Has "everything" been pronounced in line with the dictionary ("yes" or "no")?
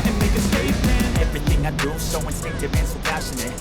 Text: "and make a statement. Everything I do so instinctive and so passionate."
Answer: yes